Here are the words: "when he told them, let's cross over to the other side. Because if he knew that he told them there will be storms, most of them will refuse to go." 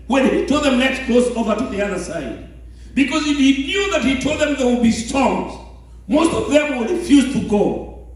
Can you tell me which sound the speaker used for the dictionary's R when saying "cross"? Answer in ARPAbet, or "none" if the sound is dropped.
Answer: L